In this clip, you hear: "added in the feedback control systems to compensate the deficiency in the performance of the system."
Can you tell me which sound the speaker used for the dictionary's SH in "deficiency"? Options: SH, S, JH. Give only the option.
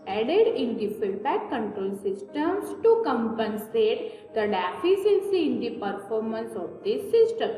S